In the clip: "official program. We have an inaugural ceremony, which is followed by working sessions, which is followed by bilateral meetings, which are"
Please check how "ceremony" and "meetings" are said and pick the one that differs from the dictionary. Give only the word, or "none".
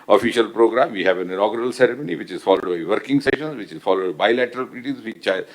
meetings